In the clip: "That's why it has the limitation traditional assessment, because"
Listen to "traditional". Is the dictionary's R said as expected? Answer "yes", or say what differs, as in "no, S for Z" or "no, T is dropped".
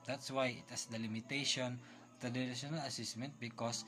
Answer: no, R is dropped